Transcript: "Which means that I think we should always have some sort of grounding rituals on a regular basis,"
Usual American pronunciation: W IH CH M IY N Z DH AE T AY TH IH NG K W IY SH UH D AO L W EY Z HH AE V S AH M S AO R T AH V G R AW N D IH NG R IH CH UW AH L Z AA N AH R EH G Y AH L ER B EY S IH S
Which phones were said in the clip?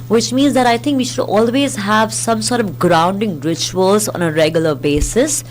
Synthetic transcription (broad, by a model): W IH CH M IY N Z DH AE T AY T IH NG K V IY SH UH D AO L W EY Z HH AE V S AH M S AO R T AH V G R AW N D IH NG R IH CH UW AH L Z AA N AH R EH G Y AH L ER B EY S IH S